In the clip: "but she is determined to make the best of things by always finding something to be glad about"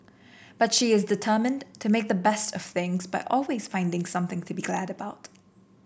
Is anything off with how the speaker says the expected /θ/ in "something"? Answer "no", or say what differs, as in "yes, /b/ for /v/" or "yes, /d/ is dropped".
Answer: no